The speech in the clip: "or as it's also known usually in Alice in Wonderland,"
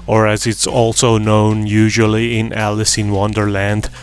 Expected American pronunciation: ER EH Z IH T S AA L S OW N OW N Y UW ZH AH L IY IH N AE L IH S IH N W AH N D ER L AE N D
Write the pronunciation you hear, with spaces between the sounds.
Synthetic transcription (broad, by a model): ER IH Z IH T S AA L S OW N OW N Y UW ZH AH L IY IH N AE L IH S IH N W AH N D ER L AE N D